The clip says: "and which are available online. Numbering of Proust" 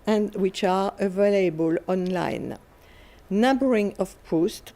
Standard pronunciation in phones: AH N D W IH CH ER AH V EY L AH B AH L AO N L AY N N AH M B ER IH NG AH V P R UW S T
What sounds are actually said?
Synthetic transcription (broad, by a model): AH N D W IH CH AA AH V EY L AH B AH L AO N L AY N N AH B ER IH NG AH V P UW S T